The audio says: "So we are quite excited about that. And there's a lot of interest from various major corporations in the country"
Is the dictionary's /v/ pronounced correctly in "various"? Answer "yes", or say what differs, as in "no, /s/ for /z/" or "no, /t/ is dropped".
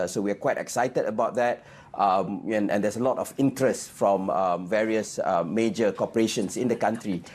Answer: yes